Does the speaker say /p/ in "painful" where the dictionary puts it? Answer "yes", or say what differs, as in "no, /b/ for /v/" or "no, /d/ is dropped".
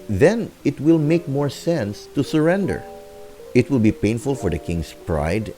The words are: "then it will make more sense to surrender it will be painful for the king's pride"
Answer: yes